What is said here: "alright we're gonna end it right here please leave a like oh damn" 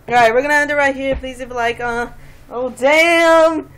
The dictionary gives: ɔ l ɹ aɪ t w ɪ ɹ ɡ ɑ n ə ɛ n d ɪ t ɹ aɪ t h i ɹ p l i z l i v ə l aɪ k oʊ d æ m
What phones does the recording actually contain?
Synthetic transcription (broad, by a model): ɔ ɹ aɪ t w ɪ ɹ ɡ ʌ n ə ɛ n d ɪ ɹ ɹ aɪ t h i ɹ p l i z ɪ b ə l aɪ k oʊ d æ m